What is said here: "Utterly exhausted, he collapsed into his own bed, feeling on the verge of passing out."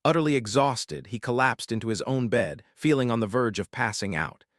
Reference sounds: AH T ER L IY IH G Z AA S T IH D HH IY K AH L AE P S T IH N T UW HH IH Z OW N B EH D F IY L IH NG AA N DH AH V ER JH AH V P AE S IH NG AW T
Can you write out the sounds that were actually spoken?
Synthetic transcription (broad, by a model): AH T ER L IY IH G Z AA S T IH D IY K AH L AE P S T IH N T UW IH Z OW N B EH D F IY L IH NG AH N DH AH V ER JH AH V P AE S IH NG AW T